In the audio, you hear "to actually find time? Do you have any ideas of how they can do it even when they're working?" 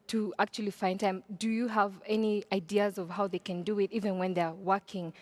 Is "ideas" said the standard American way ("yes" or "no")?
yes